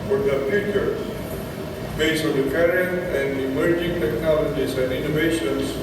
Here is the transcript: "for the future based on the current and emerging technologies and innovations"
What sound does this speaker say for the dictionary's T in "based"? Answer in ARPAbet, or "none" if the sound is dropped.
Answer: none